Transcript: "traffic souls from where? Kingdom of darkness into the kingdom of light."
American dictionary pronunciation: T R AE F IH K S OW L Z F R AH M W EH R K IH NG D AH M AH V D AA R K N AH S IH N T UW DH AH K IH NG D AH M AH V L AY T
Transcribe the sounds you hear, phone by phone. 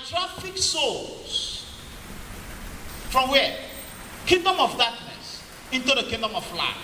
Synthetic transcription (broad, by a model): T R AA F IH K S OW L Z F R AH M W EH K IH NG D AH M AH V D AA K N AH S IH N T UW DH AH K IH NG D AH M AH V L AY